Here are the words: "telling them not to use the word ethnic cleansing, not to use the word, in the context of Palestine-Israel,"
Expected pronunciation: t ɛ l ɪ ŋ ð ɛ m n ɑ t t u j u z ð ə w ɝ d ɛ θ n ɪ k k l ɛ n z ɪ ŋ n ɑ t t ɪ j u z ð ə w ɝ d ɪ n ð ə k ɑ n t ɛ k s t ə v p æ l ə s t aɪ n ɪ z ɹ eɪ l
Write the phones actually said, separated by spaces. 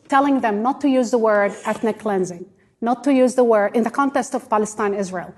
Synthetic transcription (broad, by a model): t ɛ l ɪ ŋ ð ɛ m n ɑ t t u j u z ð ə w ɝ d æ t n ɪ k k l ɛ n z ɪ ŋ n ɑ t t ɪ j u z ð ə w ɝ d ɪ n ð ə k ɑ n t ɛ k s t ə v p æ l ə s t aɪ n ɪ z ɹ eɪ l